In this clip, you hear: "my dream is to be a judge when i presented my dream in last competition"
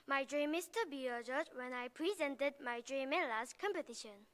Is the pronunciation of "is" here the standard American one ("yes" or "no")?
no